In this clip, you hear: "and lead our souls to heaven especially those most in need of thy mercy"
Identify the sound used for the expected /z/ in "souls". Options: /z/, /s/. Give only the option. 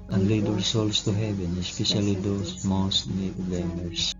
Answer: /s/